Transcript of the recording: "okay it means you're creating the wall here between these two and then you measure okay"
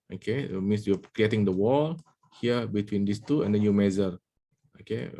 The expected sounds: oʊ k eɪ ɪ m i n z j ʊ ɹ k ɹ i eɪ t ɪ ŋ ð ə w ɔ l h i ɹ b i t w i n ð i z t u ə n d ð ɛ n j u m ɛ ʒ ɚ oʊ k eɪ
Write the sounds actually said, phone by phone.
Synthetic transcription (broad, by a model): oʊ k eɪ m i n s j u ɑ k ɹ i eɪ t ɪ ŋ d ə w ɔ l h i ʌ b i t w i n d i s t u ə n d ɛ n j u m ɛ z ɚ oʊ k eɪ